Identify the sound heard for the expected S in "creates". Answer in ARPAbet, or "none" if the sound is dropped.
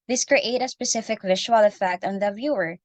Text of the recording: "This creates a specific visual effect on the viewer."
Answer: none